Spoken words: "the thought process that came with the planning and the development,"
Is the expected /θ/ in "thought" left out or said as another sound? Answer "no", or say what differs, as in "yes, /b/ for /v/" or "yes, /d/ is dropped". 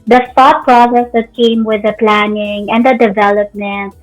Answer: yes, /f/ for /θ/